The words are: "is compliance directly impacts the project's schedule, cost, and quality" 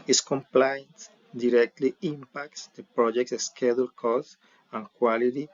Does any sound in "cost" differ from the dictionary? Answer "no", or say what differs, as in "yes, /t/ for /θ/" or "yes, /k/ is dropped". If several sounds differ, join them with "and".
yes, /t/ is dropped